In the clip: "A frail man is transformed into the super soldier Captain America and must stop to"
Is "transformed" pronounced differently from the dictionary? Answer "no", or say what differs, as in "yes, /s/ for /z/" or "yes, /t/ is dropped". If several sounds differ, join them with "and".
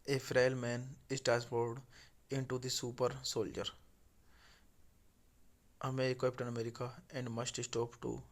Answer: yes, /ɹ/ is dropped and /n/ is dropped and /m/ is dropped